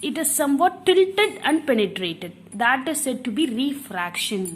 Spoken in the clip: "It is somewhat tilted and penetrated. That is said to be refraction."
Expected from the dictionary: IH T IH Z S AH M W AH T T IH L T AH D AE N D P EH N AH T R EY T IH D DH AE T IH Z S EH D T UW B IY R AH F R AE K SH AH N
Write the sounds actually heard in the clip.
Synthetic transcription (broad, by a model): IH T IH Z S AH M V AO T T IH L T AH D AE N D P EH N AH T R EY T IH D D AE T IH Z S EH D T UW B IY R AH F R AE K SH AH N